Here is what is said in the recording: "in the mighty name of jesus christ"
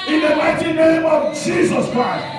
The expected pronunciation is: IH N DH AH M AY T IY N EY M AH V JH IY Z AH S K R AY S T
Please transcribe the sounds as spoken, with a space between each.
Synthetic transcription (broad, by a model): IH N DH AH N AY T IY N EY M AH V JH IY Z AH S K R AY S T